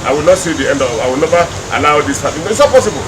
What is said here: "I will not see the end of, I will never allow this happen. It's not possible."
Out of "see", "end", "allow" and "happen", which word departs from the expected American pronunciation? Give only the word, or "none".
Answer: happen